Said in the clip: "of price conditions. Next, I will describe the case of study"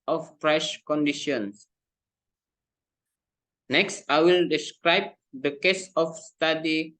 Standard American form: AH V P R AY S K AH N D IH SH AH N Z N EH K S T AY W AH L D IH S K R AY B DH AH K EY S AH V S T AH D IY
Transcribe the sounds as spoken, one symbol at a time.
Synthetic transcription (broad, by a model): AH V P R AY SH K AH N D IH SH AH N S N EH K S T AY W AH L D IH S K R AY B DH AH K EY S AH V S T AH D IY